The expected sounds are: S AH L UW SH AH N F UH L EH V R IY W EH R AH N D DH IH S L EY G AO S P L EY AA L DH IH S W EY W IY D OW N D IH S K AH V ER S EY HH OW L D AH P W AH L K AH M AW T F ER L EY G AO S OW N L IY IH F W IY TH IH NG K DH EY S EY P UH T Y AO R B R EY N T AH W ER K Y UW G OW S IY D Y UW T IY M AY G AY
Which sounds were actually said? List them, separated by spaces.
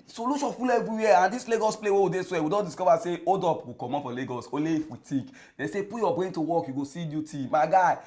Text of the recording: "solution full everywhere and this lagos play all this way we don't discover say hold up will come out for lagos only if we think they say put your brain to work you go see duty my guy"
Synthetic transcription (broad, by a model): S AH L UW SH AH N F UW L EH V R IY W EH AH N D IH S L EY G AO S P L EY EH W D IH S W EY W IY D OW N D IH S K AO V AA S EY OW D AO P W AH K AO M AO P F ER L EY G AO S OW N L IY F W IY T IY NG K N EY S EY P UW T Y AO B R EY N T AH W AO K Y UW G OW S IY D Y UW T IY M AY G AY